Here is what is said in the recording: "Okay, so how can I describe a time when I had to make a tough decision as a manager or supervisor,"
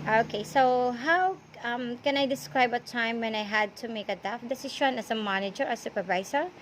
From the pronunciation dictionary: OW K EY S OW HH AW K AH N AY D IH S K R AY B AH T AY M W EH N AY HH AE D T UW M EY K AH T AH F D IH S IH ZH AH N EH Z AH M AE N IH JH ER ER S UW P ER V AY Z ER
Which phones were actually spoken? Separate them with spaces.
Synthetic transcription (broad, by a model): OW K EY S OW HH AW K AH N AY D IH S K R AY B AH T AY M W EH N AY HH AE D T UW M EY K AH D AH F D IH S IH SH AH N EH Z AH M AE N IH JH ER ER S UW P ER V AY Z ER